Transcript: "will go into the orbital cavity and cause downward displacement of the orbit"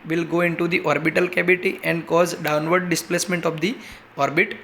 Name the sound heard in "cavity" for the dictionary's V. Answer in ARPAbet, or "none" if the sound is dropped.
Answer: B